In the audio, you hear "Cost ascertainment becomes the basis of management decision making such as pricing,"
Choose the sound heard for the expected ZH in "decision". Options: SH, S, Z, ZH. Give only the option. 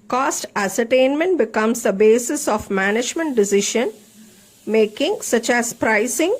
SH